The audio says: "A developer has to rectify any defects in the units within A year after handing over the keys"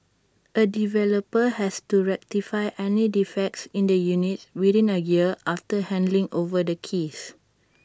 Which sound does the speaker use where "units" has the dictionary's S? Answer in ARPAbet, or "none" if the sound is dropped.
none